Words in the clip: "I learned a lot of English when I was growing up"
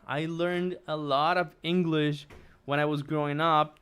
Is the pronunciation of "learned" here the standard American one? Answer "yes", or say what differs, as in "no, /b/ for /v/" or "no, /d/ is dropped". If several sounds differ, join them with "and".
yes